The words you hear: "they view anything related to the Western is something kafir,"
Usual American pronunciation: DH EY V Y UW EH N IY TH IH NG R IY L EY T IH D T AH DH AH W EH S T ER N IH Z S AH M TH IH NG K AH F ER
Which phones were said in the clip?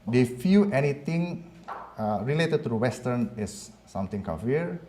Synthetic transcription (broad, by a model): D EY F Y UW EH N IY T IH NG R IY L EY T IH D T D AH W EH S T ER N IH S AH M T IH NG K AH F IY